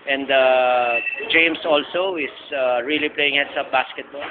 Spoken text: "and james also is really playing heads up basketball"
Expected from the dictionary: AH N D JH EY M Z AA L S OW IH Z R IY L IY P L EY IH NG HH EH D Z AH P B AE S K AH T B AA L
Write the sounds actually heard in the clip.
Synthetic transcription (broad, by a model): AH N D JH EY M S AA L S OW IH S R IY L IY P L EY IH NG HH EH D S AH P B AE S K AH T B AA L